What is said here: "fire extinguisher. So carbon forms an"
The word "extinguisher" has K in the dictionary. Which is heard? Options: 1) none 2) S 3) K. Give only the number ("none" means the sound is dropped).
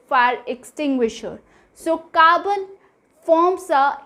3